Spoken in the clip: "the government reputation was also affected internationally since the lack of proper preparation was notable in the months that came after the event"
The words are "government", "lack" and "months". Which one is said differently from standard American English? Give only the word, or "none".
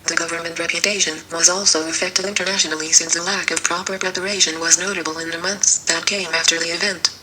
none